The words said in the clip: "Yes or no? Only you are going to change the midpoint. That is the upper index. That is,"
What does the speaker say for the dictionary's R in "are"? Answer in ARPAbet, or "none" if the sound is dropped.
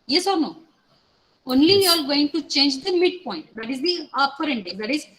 L